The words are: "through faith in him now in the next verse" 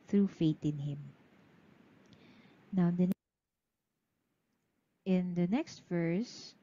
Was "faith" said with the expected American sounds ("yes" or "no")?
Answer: no